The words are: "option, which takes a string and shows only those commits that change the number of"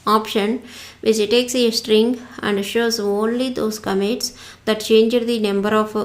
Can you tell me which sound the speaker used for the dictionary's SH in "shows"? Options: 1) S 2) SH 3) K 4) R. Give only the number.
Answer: 2